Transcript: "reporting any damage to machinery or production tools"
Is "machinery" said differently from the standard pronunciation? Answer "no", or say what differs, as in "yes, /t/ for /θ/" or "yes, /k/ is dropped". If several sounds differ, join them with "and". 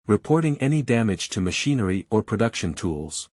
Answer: no